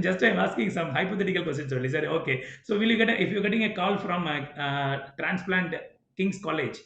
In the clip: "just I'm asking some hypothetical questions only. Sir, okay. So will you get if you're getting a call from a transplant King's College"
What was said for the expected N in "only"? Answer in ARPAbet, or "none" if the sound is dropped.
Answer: none